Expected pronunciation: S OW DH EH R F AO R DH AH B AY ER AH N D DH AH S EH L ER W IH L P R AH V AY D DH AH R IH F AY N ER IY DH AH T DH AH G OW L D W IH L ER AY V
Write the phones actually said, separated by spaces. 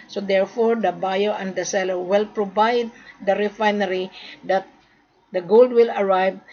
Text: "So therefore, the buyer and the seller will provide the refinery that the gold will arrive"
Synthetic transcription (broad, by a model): S OW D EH R F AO R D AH B AY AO AH N D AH S EH L ER W IH L P R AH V AY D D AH R IH F AY N ER IY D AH T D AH G OW L D W IH L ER AY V